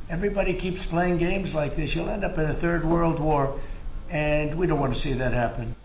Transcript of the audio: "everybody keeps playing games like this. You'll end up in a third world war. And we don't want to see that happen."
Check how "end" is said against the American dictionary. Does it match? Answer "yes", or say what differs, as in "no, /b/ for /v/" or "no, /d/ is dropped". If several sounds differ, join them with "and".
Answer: yes